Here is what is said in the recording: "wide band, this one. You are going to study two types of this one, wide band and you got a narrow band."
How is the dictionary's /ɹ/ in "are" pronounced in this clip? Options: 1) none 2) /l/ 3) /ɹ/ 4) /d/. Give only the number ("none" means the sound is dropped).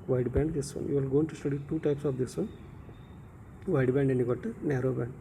2